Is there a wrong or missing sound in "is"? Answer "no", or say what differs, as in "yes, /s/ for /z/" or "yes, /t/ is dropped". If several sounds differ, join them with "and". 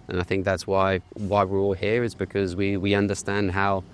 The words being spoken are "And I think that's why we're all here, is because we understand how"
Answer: no